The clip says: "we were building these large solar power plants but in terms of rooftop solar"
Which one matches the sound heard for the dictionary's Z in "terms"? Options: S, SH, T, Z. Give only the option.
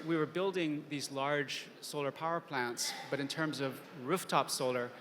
Z